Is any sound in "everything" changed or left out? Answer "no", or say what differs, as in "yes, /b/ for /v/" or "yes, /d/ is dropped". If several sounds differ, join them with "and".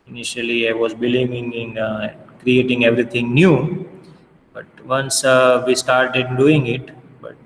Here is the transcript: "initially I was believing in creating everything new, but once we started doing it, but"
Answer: yes, /t/ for /θ/